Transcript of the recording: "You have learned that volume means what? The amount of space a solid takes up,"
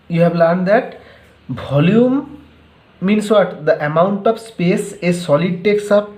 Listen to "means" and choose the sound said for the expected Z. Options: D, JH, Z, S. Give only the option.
S